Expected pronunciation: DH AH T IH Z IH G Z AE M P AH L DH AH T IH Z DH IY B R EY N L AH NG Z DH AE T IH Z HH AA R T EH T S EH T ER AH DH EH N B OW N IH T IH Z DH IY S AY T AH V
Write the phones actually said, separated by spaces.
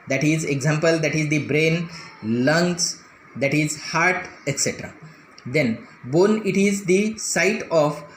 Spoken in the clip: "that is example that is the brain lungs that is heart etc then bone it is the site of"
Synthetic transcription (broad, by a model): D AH T IH Z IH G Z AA M P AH L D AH T IH Z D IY B R EY N L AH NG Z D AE T IH Z HH AA R T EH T S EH T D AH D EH N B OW N IH T IH Z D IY S AY T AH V